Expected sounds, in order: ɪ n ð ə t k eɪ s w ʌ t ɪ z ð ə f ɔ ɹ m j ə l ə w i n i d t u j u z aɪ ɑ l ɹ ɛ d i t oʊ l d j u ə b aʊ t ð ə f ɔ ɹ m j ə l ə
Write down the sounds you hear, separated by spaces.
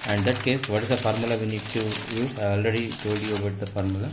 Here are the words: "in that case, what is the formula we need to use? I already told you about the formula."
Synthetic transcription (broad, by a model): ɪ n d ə t k eɪ s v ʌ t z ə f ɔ ɹ m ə l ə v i n i d t u j u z aɪ ɑ l ɹ ɛ d i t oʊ d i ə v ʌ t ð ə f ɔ ɹ m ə l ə